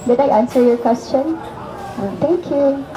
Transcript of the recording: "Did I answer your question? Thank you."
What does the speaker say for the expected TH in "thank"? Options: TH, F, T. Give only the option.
T